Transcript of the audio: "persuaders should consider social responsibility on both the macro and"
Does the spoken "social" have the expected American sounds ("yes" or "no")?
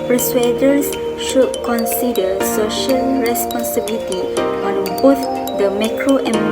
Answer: yes